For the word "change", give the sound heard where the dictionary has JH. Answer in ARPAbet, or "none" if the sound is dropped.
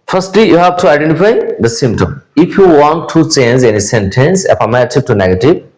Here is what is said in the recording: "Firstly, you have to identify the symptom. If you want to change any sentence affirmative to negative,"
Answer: Z